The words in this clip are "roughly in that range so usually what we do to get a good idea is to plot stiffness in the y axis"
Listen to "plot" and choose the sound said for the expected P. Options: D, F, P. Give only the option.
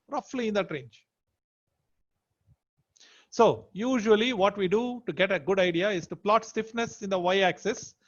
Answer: P